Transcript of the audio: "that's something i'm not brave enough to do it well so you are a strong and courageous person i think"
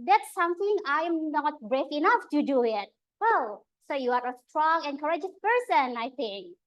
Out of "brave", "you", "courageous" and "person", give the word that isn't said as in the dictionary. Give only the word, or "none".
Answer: brave